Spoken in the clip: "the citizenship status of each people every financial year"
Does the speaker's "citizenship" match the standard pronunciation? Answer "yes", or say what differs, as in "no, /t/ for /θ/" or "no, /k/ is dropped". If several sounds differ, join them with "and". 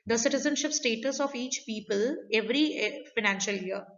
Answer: yes